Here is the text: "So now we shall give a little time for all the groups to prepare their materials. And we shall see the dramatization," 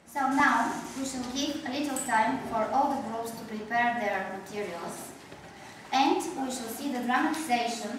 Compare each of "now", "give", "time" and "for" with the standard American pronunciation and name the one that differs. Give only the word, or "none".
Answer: give